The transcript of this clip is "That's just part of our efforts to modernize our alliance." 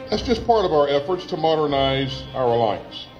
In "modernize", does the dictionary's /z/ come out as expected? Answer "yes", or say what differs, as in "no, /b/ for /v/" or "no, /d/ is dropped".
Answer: yes